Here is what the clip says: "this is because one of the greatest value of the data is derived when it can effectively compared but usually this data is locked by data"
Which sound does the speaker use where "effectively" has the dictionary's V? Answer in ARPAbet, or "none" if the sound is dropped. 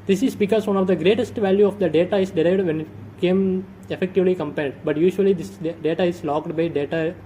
V